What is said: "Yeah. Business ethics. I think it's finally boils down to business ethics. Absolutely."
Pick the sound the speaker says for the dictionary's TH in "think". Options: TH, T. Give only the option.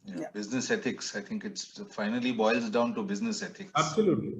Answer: T